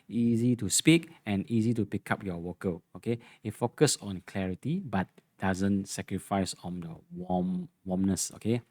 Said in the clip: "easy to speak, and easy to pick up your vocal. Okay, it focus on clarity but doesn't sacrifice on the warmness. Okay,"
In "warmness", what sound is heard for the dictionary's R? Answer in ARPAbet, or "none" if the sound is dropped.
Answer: W